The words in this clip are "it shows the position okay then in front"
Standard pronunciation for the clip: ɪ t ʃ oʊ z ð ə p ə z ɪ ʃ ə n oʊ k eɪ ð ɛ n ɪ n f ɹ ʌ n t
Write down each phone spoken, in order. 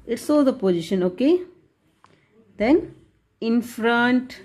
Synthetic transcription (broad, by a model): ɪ t s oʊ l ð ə p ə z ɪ ʃ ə n oʊ k eɪ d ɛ n ɪ n f ɹ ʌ n t